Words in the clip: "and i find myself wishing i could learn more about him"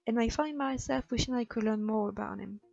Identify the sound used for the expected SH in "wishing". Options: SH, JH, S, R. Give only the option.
SH